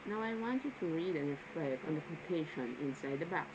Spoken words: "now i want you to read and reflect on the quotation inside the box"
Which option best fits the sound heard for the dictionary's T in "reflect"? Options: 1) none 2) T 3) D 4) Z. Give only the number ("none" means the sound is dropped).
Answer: 1